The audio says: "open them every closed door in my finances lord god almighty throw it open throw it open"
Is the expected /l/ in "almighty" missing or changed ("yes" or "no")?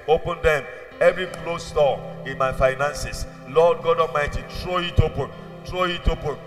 yes